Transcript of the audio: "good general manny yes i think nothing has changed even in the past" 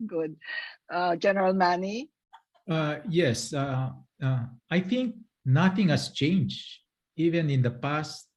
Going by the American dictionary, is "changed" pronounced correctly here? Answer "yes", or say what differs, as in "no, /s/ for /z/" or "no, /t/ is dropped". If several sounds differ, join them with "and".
no, /d/ is dropped